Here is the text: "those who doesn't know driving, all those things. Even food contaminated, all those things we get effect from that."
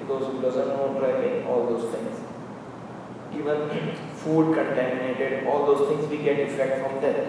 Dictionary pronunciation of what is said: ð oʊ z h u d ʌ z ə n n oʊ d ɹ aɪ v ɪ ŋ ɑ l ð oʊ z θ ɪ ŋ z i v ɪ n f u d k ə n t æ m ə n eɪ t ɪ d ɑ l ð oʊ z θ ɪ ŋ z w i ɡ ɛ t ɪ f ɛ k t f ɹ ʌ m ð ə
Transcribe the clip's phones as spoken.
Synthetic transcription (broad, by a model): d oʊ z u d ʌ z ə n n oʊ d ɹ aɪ p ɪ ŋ ɑ l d oʊ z t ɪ ŋ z i v ɪ n f u d k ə n t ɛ m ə n eɪ t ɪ d ɑ l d oʊ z t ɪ ŋ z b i ɡ ɛ t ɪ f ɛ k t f ɹ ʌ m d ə